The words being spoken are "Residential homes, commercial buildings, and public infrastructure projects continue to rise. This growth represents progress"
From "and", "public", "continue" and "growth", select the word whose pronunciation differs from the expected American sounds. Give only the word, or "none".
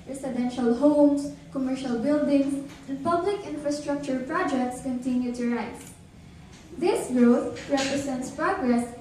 growth